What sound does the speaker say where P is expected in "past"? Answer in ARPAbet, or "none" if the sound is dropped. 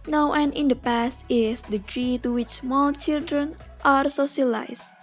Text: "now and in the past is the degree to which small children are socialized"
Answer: P